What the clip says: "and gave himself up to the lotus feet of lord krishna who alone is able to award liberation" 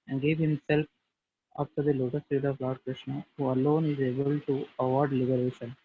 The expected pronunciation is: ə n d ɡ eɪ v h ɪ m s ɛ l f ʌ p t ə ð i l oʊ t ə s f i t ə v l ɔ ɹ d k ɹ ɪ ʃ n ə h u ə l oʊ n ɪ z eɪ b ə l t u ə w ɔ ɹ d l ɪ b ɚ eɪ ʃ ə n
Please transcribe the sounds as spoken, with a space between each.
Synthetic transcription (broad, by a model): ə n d ɡ eɪ v h ɪ m s ɛ l f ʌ f t ə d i l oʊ t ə s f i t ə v l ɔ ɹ d k ɹ ɪ ʃ n ə h u ə l oʊ n ɪ z eɪ b ə l t u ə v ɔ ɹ d l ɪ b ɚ eɪ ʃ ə n